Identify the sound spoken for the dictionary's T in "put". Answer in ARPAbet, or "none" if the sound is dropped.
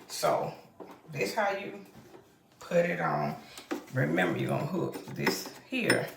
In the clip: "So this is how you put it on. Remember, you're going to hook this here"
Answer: T